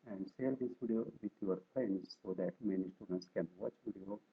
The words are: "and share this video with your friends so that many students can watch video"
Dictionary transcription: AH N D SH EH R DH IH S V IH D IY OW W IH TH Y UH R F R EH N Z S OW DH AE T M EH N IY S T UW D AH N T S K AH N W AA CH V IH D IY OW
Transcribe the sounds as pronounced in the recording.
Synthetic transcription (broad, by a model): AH N D S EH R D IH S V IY D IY OW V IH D Y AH R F R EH N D S OW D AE T M EH N IY S T UW D AH N T S K AH N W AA CH V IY D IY OW